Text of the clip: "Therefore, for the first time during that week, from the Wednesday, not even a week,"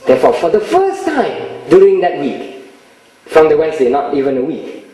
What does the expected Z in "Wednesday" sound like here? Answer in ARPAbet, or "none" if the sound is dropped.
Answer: S